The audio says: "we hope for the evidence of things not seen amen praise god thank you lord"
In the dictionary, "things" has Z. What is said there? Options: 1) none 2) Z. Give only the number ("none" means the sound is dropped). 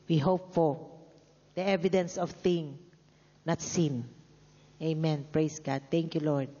1